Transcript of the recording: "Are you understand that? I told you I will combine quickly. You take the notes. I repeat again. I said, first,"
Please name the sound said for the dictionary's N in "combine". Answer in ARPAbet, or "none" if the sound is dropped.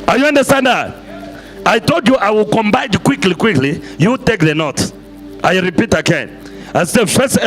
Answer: L